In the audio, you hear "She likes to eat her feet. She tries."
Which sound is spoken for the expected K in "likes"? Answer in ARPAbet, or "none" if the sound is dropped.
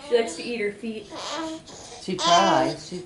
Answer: K